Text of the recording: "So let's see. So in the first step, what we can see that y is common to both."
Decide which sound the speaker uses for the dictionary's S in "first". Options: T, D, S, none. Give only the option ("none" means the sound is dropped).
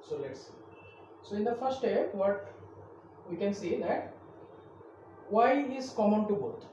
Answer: none